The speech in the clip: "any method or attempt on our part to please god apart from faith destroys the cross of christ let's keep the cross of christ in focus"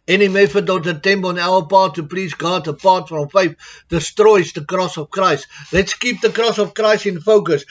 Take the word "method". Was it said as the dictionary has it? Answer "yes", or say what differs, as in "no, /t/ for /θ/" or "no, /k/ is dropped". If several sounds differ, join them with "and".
no, /f/ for /θ/